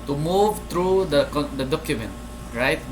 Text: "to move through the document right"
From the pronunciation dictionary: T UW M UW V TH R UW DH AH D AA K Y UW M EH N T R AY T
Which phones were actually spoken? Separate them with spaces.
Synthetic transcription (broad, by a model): T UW M UW V T R UW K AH D AA K Y UW M EH N T R AY T